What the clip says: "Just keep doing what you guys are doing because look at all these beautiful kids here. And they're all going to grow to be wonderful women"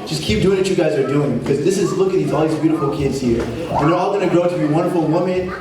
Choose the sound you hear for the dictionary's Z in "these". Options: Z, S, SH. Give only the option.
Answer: Z